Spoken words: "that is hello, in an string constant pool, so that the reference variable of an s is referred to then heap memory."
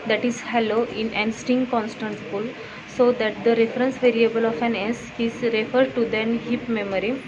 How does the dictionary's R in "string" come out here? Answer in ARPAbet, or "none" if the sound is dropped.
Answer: none